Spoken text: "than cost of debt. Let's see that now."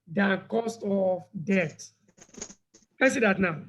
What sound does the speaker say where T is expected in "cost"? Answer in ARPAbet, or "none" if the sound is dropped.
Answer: T